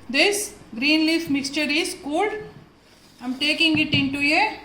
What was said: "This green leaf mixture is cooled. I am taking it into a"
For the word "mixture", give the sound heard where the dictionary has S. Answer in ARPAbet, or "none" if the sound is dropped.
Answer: S